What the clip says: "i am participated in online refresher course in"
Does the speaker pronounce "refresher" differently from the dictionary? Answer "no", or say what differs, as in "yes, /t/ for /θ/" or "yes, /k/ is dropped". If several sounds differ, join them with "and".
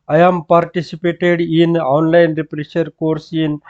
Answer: yes, /p/ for /f/